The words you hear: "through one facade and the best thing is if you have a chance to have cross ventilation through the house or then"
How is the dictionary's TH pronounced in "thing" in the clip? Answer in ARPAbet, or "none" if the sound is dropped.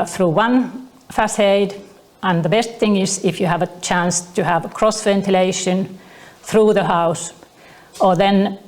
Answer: TH